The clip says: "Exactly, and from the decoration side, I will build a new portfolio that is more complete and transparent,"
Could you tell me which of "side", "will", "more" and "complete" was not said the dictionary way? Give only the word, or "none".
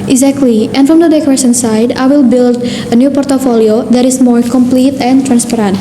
none